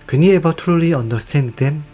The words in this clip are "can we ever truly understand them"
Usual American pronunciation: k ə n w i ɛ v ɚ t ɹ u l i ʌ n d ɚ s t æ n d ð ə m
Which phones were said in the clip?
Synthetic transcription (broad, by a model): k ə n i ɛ b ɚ t ɹ u l i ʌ n d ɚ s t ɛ n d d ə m